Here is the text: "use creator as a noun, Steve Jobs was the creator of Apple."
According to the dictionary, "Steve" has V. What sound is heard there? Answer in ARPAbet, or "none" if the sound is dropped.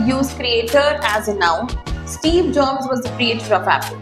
V